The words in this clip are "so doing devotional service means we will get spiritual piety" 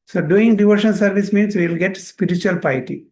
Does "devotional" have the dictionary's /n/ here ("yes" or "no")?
no